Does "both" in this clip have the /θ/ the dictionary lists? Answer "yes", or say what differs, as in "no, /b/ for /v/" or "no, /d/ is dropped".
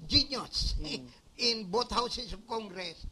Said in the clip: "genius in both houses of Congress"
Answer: no, /t/ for /θ/